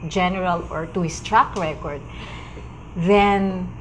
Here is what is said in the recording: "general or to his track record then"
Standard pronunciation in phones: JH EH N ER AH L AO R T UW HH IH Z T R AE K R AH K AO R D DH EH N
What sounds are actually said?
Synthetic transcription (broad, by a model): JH EH N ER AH L AO R T UW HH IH S T R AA K R AH K AO R D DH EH N